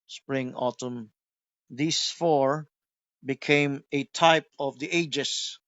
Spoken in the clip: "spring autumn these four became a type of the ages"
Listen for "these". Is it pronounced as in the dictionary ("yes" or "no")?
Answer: no